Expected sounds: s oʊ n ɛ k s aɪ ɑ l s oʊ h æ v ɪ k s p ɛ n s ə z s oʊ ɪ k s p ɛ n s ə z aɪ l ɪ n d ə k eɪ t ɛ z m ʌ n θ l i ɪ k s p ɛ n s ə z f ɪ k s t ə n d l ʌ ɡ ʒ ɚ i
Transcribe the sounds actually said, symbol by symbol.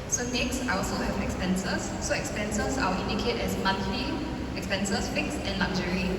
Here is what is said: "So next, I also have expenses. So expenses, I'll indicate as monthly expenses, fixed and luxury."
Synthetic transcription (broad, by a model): s oʊ n ɛ k s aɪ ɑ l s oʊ h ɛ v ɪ k s p ɛ n s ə s oʊ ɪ k s p ɛ n s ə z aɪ w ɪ n d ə k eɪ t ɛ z m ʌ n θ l i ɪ k s p ɛ n s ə s f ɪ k s ə n l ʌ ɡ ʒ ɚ i